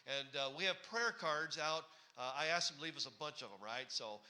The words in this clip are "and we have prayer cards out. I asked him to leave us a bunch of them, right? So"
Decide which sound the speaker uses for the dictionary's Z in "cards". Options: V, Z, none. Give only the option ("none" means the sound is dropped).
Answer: Z